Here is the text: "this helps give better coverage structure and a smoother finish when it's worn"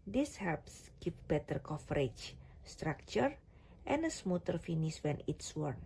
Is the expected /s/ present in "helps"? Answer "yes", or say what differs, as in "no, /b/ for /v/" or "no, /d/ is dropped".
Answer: yes